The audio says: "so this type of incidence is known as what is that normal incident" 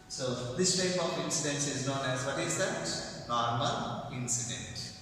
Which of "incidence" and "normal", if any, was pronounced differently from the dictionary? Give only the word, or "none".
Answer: normal